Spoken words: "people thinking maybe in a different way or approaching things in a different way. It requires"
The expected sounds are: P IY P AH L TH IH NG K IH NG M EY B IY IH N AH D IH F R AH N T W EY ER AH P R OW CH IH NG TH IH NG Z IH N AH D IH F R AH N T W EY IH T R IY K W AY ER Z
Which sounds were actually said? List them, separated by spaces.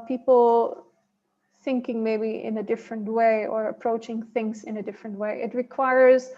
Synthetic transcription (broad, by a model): P IY P L TH IH NG K IH NG M EY B IY IH N AH D IH F R AH N T W EY ER AH P R OW CH IH NG TH IH NG Z IH N AH D IH F R AH N T W EY IH T R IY K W AY ER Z